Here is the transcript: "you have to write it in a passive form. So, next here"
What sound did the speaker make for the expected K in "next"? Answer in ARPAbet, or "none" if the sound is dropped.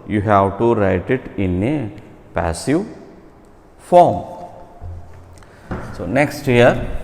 K